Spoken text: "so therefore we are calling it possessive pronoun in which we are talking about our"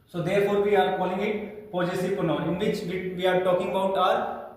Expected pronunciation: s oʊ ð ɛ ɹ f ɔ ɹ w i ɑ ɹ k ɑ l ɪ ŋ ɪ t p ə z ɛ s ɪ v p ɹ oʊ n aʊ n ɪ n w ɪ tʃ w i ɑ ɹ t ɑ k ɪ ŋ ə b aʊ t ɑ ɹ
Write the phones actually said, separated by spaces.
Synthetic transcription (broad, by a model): s oʊ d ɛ ɹ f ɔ ɹ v i ɑ ɹ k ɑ l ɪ ŋ ɪ t p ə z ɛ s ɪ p oʊ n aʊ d ɪ n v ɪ tʃ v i ɑ ɹ t ɑ k ɪ ŋ ə b aʊ t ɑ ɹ